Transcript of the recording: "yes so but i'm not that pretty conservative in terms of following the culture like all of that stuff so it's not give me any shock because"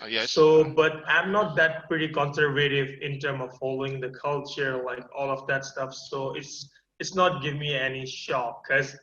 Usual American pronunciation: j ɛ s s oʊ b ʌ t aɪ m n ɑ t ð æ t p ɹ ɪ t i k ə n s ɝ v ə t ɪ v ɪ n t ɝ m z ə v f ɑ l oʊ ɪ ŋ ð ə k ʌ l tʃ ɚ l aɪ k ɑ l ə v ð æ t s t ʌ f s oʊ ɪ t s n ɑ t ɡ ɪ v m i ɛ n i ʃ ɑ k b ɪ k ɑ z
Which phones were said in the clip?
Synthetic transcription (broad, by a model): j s s oʊ b ʌ t aɪ m n ɑ t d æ t p ɹ ɪ t i k ə n s ɝ v ə t ɪ v ɪ n t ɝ m ə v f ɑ l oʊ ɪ ŋ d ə k ʌ l tʃ ɚ l aɪ k ɑ l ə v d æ t s t ʌ f s oʊ ɪ t s n ɑ t ɡ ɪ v m i ɛ n i ʃ ɑ k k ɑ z